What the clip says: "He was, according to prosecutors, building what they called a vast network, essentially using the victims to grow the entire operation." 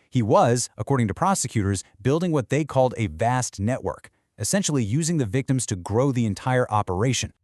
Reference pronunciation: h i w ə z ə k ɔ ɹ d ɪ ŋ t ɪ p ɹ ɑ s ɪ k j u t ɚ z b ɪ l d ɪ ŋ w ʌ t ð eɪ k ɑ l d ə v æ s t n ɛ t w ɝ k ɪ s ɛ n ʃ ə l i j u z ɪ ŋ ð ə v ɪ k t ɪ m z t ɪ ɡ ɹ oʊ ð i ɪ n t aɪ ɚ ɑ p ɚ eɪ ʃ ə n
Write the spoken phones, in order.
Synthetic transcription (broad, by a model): h i w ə z ə k ɔ ɹ d ɪ ŋ t ɪ p ɹ ɑ s ɪ k j u t ɚ z b ɪ l d ɪ ŋ w ʌ t ð eɪ k ɑ l d ə v æ s t n ɛ t w ɝ k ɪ s ɛ n ʃ l i j u z ɪ ŋ ð ə v ɪ k t ɪ m z t ɪ ɡ ɹ oʊ ð i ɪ n t aɪ ɚ ɑ p ɚ eɪ ʃ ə n